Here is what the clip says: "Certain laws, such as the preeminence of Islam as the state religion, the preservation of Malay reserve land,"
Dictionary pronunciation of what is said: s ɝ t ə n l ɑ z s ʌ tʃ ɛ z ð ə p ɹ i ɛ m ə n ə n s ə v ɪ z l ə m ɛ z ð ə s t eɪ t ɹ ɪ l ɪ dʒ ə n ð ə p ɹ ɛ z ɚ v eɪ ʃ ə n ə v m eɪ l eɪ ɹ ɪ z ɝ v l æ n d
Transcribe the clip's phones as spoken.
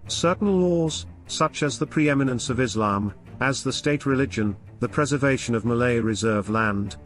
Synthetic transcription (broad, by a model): s ɝ t n l ɑ z s ʌ tʃ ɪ z ð ə p ɹ i ɛ m ə n ə n s ə v ɪ z l ə m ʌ z ð ə s t eɪ t ɹ ɪ l ɪ dʒ ə n ð ə p ɹ ɛ z ɚ v eɪ ʃ ə n ə v m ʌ l eɪ ɹ ɪ z ɝ v l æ n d